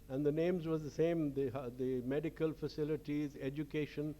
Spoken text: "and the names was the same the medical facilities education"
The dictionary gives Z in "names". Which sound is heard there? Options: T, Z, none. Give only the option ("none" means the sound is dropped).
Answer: Z